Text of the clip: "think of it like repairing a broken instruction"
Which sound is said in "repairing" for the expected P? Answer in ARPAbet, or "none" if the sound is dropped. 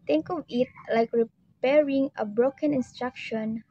P